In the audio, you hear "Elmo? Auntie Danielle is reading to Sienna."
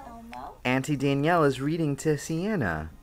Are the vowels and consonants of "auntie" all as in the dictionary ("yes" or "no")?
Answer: yes